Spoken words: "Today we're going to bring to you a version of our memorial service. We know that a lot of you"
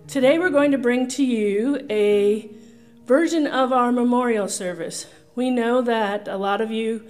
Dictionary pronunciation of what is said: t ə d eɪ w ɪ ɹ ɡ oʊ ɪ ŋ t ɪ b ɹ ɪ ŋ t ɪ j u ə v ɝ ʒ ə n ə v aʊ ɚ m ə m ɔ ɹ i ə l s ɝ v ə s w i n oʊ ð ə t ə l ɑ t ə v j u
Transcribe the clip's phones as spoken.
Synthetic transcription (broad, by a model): t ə d eɪ w ɪ ɹ ɡ oʊ ɪ ŋ t ɪ b ɹ ɪ ŋ t ɪ j u ə v ɝ ʒ ə n ə v aʊ ɚ m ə m ɔ ɹ i l s ɝ v ə s w i n oʊ ð ə t ə l ɑ t ə v j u